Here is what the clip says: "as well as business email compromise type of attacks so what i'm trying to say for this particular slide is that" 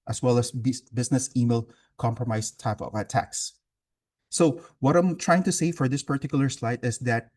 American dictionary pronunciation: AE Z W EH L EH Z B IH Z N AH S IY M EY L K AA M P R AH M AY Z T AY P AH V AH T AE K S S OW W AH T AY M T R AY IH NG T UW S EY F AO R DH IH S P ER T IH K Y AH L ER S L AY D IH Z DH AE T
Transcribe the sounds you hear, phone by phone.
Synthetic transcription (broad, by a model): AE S W EH L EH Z B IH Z N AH S IY M EY L K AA M P R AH M AY S T AY P AH V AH T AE K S S OW W AH T AY M T R AY IH NG T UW S EY F AO R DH IH S P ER T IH K Y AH L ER S L AY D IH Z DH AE T